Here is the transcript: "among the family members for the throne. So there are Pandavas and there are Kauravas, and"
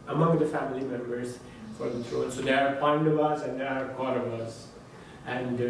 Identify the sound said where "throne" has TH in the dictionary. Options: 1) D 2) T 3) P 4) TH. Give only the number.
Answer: 2